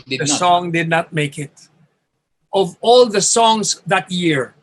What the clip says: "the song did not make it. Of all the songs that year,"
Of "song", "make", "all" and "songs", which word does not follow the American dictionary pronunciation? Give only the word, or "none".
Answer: songs